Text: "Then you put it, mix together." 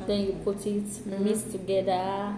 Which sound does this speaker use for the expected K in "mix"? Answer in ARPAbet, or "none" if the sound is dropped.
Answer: none